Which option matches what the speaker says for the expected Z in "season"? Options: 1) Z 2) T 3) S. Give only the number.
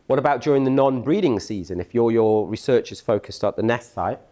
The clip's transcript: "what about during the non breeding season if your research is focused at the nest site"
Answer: 1